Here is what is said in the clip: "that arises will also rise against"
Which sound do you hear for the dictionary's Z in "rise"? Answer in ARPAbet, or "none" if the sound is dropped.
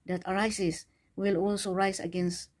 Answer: S